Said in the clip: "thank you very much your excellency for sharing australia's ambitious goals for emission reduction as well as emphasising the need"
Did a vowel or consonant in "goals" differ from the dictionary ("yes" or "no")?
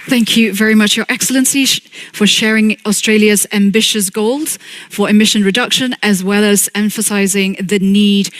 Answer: no